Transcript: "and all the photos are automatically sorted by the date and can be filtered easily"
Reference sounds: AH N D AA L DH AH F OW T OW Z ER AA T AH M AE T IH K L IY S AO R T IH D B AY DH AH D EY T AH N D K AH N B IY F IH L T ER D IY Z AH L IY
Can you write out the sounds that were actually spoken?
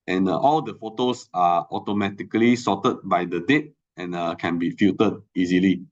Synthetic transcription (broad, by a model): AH N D AA L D AH F OW T OW S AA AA T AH M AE T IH K L IY S AO T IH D B AY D AH D EY T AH N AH K AH N B IY F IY T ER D IY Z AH L IY